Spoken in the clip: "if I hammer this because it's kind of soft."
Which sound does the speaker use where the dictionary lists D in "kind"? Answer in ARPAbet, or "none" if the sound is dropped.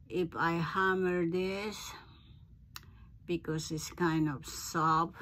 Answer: D